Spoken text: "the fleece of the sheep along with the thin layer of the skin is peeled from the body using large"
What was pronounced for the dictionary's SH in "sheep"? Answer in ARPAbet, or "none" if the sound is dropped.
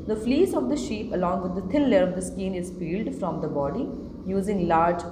SH